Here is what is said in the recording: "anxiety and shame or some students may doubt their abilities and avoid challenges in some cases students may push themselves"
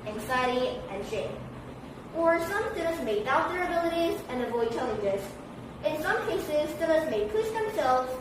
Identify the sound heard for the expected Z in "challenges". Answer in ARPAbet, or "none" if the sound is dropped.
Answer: S